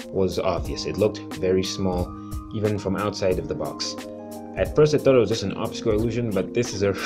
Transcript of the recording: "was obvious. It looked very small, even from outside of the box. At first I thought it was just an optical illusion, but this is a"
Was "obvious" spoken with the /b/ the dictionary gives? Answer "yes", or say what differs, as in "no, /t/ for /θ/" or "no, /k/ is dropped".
yes